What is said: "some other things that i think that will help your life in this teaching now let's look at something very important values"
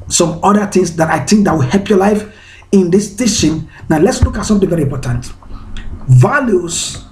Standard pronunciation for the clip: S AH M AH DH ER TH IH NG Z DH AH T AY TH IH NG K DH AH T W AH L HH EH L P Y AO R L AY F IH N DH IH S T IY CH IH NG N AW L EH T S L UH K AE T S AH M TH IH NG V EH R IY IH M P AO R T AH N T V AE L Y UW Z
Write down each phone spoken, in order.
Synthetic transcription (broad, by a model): S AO M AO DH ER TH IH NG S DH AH T AY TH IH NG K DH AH T W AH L HH EH L P Y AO L AY F IH N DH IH S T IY SH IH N N AW L EH T S L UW K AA T S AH M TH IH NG V EH R IY M P AO T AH N T V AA L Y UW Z